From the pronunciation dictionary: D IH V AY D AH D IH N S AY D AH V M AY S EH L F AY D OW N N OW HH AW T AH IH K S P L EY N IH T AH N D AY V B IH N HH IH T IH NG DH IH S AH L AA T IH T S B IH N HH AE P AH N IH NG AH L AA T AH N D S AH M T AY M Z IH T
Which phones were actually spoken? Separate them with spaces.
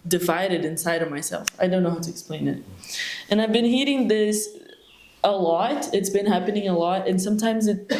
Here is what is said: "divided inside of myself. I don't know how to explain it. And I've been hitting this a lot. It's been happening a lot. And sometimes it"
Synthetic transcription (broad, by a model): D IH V AY D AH D IH N S AY D AH V M AY S EH L F AY D OW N N OW HH AW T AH IH K S P L EY N IH T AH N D AY V B IH N HH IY T IH NG DH IH S AH L AA T IH T S B IH N HH AE P AH N IH NG AH L AA T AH N S AH M T AY M Z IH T